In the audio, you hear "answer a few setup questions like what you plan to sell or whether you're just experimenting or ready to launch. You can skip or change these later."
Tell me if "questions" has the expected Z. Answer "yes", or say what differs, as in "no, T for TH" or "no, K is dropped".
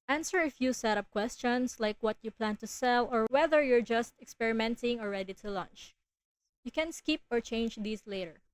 no, S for Z